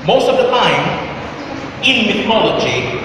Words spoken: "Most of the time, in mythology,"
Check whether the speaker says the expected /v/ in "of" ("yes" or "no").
yes